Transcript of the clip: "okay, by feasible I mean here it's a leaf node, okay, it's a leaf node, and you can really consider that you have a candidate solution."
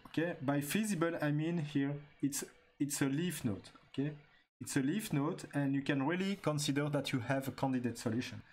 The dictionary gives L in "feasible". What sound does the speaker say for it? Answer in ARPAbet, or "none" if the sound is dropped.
L